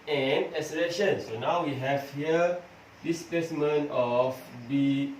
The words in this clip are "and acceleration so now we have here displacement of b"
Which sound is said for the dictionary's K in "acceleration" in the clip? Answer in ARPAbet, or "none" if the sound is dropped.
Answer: none